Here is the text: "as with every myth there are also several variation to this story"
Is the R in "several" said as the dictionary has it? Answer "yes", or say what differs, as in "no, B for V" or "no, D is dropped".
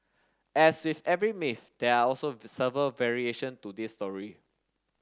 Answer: no, R is dropped